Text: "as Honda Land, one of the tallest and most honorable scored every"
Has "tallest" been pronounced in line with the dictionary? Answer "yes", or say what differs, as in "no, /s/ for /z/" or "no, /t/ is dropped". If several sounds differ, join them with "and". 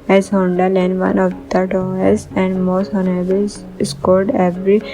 no, /l/ is dropped and /t/ is dropped